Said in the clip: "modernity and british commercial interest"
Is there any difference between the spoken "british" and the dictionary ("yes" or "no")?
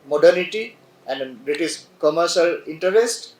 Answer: yes